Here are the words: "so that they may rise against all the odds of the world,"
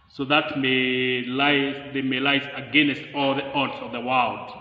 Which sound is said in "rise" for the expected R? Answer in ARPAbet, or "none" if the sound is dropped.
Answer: L